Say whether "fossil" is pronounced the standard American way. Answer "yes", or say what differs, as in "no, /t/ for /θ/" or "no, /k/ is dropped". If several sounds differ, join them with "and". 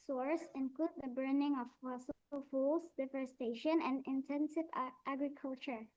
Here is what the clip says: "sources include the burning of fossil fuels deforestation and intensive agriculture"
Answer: no, /s/ is dropped